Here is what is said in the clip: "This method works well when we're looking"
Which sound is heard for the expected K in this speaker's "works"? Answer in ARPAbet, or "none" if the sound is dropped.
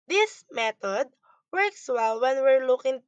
K